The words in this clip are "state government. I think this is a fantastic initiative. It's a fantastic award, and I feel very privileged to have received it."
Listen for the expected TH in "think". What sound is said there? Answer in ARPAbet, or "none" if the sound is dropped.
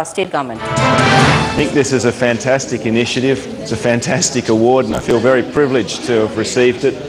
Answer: TH